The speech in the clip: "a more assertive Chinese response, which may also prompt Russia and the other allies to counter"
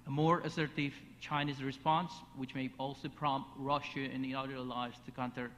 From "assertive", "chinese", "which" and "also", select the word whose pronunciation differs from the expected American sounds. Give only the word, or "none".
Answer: none